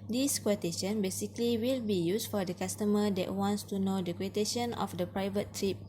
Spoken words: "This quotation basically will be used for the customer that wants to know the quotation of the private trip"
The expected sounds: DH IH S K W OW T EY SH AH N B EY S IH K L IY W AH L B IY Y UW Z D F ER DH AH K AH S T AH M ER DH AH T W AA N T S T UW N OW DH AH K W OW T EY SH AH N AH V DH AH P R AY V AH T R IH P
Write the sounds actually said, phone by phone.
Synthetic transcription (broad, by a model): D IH S K W OW T EY SH AH N B EY S IH K L IY W AH L B IY Y UW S F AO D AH K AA S T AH M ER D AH T W AA N T S T UW N OW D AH K W OW T EY SH AH N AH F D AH P R AY V AH T R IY P